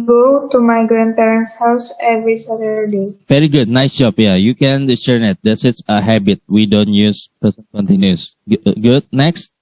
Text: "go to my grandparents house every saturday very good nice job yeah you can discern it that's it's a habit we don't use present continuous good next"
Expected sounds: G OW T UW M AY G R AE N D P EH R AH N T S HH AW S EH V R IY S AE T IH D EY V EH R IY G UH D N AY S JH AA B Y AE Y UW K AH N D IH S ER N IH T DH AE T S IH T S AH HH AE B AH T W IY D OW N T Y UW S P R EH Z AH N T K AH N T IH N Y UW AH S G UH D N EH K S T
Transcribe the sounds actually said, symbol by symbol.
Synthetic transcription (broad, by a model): G OW T UW M AY G R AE N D P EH R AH N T S HH AW S EH V R IY S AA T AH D EY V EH R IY G UH D N AY S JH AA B Y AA Y UW K AH N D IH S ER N IH T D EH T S IH T S AH HH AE B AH T W IY D OW N T Y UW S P EH S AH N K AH N T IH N Y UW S G UH D N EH K S T